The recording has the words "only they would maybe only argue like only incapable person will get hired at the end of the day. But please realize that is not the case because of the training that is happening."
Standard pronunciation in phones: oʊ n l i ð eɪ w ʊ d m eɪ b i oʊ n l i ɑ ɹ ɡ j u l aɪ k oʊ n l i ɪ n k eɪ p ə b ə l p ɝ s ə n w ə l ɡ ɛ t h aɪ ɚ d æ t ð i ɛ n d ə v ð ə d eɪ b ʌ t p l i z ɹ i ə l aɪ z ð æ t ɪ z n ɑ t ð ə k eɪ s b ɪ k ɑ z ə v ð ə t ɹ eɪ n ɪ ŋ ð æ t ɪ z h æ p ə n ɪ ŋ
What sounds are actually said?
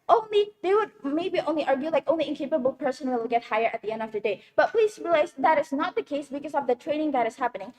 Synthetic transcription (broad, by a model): oʊ n l i ð eɪ w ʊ d m eɪ b i oʊ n l i ɑ ɹ ɡ j u l aɪ k oʊ n l i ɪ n k eɪ p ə b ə l p ɝ s ə n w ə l ɡ ɛ t h aɪ ɚ æ t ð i ɛ n d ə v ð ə d eɪ b ʌ t p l i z ɹ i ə l aɪ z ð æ t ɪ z n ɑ t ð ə k eɪ s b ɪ k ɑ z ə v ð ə t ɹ eɪ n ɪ ŋ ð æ t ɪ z h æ p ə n ɪ ŋ